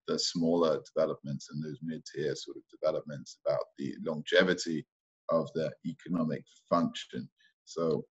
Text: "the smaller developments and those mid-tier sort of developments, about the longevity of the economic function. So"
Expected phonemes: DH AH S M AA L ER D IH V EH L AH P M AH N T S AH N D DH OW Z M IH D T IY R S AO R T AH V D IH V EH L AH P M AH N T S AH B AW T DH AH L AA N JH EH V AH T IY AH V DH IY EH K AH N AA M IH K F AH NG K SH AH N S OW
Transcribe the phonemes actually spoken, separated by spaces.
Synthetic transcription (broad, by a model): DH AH S M AA L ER D IH V EH L AH P M AH N T S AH N DH OW Z M IH D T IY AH S AO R T AH V D IH V EH L AH P M AH N T S AH B AW T DH AH L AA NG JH EH V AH T IY AH V DH IY EH K AH N AA M IH K F AH NG K SH AH N S OW